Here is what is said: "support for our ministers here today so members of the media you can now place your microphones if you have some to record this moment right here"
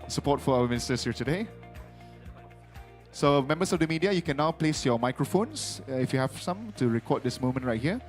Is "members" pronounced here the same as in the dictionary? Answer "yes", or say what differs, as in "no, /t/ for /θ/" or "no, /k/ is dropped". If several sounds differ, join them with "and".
no, /s/ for /z/